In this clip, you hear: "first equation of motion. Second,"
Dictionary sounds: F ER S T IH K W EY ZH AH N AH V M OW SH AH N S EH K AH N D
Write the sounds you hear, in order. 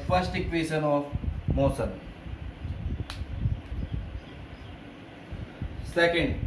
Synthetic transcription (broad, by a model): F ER S T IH K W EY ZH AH N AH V M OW S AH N S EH K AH N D